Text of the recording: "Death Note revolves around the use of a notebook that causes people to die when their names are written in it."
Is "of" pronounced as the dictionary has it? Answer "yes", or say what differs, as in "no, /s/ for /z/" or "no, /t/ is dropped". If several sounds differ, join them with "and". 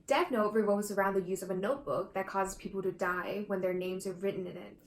yes